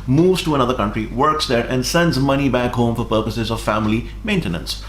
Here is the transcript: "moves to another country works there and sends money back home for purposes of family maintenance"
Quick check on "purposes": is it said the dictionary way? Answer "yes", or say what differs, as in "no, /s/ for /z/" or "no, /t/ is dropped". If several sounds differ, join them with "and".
yes